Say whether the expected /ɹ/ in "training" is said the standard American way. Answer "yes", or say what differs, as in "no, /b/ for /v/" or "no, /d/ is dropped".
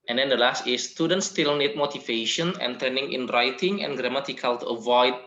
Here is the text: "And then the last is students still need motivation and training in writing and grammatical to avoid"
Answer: no, /ɹ/ is dropped